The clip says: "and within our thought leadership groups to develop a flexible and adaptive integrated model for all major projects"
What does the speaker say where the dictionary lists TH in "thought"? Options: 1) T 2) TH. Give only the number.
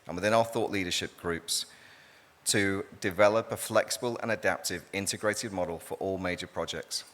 2